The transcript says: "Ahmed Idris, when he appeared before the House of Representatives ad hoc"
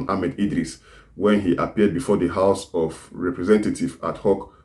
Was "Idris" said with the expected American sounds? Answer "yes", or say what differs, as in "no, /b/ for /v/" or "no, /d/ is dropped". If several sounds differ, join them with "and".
yes